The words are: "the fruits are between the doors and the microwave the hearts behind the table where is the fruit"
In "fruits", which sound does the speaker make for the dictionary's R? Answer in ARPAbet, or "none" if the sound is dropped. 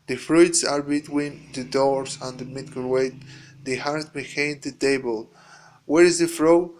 R